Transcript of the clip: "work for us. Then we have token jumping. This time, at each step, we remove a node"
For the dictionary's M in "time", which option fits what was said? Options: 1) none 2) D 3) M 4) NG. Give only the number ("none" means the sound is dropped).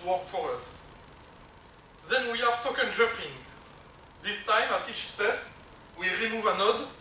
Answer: 3